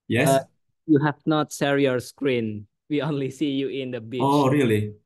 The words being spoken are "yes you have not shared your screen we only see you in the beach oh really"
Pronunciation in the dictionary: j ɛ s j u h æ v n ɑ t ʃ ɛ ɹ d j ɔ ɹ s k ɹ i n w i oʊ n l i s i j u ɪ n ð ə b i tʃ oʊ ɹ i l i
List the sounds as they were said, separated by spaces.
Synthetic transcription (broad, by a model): j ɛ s j u h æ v n ɑ t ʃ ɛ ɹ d j ɔ ɹ s k ɹ i n w i oʊ n l i s i j u ɪ n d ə b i oʊ ɹ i l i